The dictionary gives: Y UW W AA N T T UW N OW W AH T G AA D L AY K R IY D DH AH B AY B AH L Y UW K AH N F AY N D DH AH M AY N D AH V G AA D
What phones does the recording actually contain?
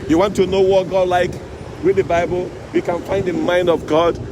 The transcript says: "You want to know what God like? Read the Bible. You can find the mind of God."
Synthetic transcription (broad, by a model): Y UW W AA N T T UW N OW W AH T G AA D L AY K W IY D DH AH B AY B AH L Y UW K AH N F AY N D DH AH M AY N D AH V G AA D